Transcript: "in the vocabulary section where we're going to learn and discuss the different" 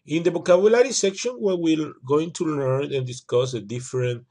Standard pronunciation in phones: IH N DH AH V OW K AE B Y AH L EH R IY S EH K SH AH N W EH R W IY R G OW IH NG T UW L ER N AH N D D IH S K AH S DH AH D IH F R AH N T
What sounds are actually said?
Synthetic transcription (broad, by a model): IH N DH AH B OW K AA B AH L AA R IY S EH K SH AH N W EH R W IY L G OW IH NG T UW L ER N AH N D D IH S K AH S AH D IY F R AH N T